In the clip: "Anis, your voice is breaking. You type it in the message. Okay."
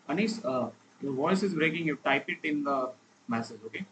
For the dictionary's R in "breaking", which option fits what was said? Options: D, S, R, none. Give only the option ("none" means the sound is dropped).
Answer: R